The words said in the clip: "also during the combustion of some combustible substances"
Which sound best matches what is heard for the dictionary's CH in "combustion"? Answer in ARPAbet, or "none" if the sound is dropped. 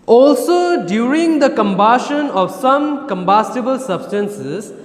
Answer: SH